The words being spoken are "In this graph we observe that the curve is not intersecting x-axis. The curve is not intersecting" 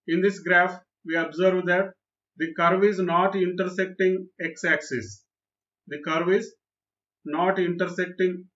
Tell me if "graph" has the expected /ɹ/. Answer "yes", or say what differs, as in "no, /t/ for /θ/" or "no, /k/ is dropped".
yes